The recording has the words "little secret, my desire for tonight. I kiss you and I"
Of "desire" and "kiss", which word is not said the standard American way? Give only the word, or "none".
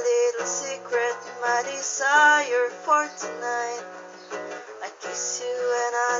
desire